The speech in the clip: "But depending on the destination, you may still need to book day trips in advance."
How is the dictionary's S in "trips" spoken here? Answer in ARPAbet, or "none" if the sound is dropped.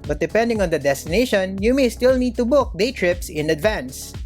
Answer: S